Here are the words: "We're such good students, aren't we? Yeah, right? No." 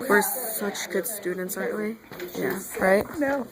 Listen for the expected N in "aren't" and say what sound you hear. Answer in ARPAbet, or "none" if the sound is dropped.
none